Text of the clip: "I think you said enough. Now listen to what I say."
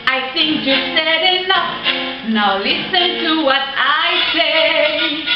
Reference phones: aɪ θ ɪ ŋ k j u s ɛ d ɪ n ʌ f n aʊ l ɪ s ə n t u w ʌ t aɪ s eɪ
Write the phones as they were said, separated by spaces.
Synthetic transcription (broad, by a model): aɪ θ ɪ ŋ k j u s ɛ d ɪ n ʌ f n aʊ l ɪ s ə n t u w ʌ t aɪ s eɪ